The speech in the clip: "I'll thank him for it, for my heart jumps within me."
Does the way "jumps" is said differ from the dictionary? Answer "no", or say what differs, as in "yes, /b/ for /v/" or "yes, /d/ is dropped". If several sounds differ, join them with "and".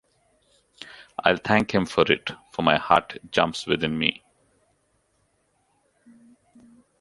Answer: no